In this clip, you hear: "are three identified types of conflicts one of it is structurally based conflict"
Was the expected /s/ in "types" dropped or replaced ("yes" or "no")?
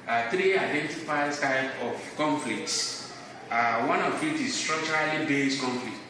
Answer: yes